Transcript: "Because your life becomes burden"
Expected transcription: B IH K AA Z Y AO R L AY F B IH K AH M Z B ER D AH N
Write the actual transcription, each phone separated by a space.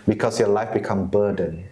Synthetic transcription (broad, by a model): B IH K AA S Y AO L AY F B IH K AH M B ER D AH N